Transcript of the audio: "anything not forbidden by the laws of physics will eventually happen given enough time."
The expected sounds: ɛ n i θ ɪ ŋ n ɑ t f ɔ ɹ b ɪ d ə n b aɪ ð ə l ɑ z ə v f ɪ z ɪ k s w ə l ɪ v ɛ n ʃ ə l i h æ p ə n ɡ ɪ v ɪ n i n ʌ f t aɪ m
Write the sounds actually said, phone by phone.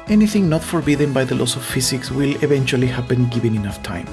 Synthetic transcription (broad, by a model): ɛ n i θ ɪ ŋ n ɑ t f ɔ ɹ b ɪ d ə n b aɪ ð ə l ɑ s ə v f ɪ s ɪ k s w ə l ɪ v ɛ n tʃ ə l i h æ p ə n ɡ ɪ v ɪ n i n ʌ f t aɪ m